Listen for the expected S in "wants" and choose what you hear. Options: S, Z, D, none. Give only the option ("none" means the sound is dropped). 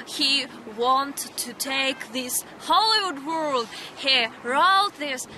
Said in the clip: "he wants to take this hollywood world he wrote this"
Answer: none